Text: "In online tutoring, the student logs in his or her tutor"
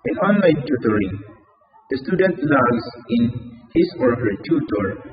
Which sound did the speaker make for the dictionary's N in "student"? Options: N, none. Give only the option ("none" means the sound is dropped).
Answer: N